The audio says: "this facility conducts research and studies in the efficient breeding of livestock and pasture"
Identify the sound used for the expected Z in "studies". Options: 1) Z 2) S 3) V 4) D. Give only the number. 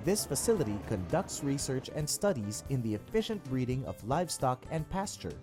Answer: 1